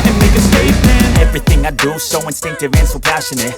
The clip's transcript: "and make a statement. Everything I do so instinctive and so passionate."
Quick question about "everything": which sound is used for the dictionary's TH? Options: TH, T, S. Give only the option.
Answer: TH